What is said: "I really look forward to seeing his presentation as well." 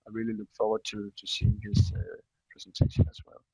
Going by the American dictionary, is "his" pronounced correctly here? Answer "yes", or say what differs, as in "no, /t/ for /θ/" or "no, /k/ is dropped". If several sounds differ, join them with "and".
no, /s/ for /z/